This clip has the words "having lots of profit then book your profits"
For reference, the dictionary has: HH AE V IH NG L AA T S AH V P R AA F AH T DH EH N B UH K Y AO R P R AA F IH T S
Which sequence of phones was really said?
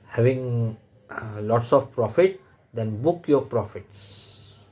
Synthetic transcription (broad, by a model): HH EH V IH NG L AA T S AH F P R AA F AH T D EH N B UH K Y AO P R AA F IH T S